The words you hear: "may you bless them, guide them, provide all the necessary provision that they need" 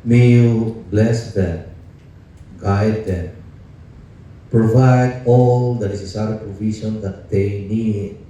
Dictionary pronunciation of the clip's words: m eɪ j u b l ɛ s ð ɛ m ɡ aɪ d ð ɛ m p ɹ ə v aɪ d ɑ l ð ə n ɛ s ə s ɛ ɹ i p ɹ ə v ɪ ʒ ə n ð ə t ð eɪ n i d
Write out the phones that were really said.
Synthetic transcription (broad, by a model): m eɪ j u b l ɛ s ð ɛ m ɡ aɪ d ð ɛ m p ɹ ə v aɪ d ɑ l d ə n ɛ s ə s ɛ ɹ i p ɹ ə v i s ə n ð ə t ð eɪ n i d